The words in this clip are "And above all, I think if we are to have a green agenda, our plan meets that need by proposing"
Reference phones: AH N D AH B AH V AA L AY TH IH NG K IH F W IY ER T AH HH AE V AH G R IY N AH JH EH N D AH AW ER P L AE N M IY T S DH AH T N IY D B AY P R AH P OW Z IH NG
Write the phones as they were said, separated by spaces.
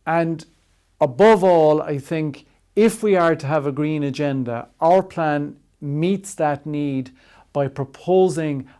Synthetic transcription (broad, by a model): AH N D AH B AH V AA L AY TH IH NG K IH F W IY ER T AH V AH G R IY N AH JH EH N D AH AW ER P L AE N M IY T S DH AH T N IY D B AY P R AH P OW Z IH NG